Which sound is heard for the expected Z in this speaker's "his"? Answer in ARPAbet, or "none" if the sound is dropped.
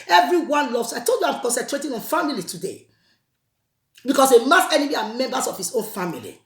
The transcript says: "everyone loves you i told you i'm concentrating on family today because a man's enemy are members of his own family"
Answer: S